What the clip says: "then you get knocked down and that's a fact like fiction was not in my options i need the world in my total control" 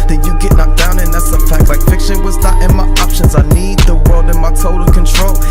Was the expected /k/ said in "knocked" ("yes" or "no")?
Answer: no